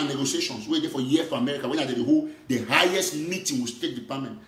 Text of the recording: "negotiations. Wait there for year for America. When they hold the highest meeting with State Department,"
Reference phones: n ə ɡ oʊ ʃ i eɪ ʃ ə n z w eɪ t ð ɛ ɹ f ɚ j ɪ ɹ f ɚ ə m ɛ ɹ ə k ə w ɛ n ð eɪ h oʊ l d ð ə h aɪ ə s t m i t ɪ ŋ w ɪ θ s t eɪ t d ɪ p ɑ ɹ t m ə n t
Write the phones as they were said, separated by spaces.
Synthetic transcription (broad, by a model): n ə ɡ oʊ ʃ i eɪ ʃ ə n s w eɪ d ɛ f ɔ j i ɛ f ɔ ə m ɛ ɹ ə k ə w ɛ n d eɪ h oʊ d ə h aɪ ə s t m i t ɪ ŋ w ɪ s t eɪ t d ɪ p ɑ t m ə n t